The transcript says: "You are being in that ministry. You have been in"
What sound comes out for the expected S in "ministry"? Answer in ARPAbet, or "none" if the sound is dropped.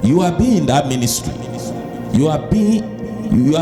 S